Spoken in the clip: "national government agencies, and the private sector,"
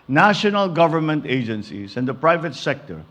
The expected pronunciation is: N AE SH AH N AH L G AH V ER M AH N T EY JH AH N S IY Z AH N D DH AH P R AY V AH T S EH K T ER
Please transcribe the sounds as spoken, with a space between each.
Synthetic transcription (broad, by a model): N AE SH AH N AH L G AH V ER M AH N T EY JH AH N S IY S AH N D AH P R AY V AH T S EH K T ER